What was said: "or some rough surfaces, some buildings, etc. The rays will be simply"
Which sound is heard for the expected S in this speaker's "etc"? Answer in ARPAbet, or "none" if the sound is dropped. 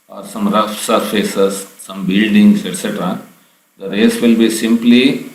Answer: S